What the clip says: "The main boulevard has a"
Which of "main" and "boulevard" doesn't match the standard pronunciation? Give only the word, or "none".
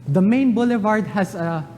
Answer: none